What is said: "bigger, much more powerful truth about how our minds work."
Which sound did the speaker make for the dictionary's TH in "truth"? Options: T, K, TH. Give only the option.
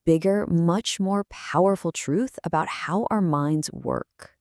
TH